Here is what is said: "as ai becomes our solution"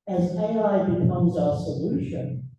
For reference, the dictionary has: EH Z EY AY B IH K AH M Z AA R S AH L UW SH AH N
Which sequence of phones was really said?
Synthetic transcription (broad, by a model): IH Z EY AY B IH K AH M Z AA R S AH L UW SH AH N